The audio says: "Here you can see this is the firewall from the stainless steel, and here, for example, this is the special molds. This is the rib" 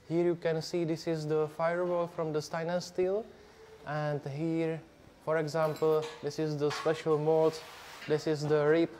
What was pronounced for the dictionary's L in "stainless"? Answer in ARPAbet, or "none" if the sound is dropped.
none